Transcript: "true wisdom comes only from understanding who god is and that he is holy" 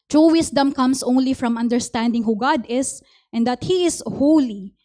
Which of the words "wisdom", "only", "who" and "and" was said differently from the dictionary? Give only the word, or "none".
wisdom